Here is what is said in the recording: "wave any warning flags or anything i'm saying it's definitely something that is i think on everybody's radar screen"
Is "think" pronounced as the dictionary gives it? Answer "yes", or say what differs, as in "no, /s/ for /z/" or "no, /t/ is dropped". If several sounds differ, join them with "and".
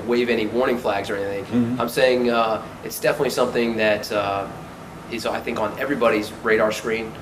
yes